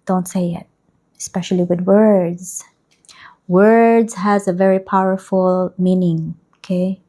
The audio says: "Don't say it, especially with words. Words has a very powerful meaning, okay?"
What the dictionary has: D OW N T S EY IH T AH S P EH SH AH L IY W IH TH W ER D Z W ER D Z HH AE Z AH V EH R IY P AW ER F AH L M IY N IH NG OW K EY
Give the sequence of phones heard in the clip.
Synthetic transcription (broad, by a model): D OW N T S EY IH T AH S P EH SH AH L IY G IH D W ER D Z W ER D Z HH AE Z AH V EH R IY P AW ER F AH L M IY N IH NG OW K EY